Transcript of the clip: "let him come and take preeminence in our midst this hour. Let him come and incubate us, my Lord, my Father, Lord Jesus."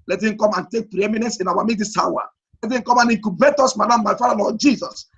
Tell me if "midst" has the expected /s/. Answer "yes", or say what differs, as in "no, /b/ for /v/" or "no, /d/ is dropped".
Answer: no, /s/ is dropped